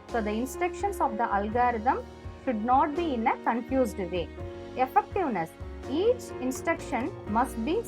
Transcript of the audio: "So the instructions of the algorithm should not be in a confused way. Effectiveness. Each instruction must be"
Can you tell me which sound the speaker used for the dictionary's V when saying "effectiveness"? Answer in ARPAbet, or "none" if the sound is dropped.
V